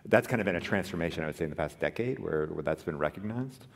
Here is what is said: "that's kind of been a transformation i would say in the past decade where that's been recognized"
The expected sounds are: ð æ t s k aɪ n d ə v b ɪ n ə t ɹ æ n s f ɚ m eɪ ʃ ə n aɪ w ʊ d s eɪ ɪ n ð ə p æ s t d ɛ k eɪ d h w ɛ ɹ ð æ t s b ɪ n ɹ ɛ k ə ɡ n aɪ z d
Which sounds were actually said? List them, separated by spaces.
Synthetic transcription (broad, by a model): ð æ t s k aɪ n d ə v b ɪ n ə t ɹ æ n s f ɚ m eɪ ʃ ə n aɪ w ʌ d s eɪ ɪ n ð ə p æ s d ɛ k eɪ d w w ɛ ɹ ð æ t s b ɪ n ɹ ɛ k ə ɡ n aɪ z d